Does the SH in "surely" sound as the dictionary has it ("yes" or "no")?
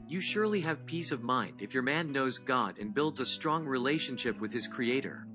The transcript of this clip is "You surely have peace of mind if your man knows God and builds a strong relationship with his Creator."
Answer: yes